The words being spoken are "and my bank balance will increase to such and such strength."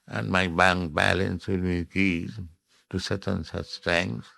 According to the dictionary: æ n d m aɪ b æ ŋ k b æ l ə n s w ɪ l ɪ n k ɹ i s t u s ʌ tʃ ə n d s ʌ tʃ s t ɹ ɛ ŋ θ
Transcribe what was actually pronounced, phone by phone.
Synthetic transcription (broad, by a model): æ n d m aɪ b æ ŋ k b æ l ə n s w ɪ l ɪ k i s t u s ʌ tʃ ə n s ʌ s t ɹ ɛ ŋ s